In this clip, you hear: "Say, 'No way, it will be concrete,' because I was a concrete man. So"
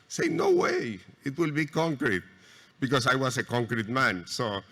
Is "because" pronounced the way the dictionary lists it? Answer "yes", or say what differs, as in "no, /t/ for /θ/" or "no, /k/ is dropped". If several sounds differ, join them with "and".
no, /s/ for /z/